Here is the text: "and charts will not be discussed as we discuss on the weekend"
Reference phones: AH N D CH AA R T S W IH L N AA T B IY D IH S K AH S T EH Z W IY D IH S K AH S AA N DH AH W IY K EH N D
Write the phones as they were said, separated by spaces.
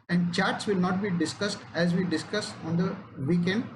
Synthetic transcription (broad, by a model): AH N D CH AA R T S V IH L N AA T B IY D IH S K AH S T EH Z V IY D IH S K AH S AA N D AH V IY K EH N D